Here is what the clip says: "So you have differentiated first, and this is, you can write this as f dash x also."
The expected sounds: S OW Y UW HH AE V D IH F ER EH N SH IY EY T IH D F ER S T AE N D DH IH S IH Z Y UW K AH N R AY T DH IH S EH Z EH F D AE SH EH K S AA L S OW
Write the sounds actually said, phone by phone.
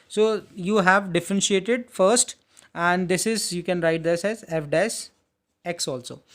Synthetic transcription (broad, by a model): S OW Y UW HH AE V D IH F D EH N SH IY EY T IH D F ER S T AE N D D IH S IH Z Y UW K AH N R AY T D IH S EH Z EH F D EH S EH K S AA L S OW